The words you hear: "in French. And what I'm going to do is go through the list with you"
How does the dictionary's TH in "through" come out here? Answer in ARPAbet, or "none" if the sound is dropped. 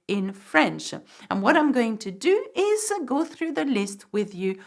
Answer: TH